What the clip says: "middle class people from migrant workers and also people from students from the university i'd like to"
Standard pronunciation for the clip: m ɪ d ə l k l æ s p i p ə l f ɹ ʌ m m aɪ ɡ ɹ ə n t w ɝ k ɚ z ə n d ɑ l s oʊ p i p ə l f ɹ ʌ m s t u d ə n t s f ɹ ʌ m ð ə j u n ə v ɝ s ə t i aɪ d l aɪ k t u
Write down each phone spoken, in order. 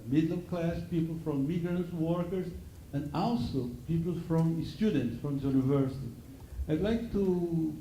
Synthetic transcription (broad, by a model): m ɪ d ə k l æ s p i p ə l f ɹ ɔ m m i ɡ ɹ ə n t w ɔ k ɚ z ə n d ɑ l s oʊ p i p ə l f ɹ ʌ m s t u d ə n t s f ɹ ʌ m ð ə j u n ə v ɝ s ə t i aɪ d l aɪ k t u